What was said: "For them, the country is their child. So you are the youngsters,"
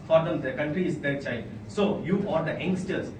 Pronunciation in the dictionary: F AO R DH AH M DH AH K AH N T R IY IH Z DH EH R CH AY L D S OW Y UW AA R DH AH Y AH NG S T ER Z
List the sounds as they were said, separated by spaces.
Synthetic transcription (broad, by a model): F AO R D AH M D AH K AH N T R IY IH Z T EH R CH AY D S OW Y UW AA R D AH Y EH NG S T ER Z